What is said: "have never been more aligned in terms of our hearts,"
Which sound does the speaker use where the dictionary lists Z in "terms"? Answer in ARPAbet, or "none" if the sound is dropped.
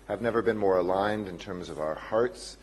Z